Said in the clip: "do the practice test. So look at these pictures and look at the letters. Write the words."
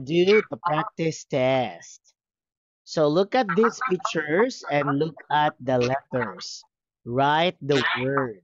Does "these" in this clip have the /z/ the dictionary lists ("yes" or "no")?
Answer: no